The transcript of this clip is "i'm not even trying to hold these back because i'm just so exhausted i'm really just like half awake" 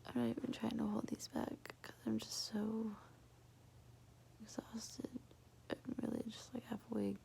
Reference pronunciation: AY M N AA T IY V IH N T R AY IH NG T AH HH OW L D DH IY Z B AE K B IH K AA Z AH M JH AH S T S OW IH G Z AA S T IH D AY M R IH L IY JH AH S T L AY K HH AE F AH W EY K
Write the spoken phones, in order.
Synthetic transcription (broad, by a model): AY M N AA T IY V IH N T R AY IH NG T AH HH OW L D DH IY Z B AE K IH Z AA AH M JH AH S T S OW IH G Z AA S T IH D AY M R IH L IY JH AH S T L AY K HH AE F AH W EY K